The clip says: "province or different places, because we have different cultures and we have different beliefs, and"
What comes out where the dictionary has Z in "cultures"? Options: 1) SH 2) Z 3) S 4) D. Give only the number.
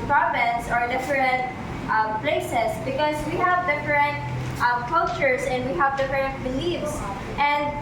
3